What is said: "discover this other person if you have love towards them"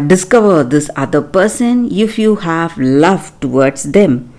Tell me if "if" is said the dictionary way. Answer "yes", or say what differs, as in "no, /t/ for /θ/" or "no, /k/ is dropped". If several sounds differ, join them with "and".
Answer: yes